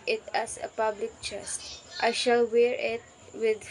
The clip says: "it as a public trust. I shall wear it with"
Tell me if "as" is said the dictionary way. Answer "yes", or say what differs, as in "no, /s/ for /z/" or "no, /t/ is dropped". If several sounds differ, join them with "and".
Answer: no, /s/ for /z/